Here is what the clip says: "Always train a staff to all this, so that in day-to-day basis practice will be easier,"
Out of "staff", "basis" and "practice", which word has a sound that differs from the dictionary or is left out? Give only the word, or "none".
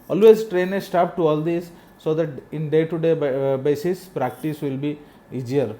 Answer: staff